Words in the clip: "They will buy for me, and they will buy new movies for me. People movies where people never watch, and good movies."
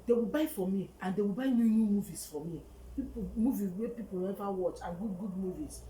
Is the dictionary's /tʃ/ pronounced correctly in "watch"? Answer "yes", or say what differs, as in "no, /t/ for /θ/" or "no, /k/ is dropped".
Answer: yes